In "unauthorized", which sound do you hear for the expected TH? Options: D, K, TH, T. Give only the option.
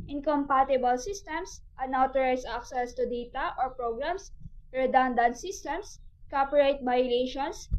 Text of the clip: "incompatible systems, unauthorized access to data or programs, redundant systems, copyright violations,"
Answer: T